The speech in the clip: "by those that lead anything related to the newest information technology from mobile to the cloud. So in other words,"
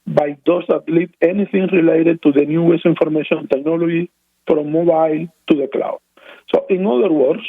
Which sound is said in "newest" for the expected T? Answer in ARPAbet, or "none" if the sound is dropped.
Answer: none